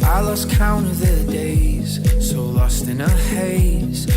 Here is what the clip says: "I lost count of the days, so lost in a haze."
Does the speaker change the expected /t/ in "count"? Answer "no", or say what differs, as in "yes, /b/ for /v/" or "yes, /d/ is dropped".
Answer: yes, /t/ is dropped